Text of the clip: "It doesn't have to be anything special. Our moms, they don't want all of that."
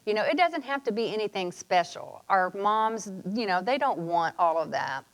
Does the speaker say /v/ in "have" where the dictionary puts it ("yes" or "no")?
no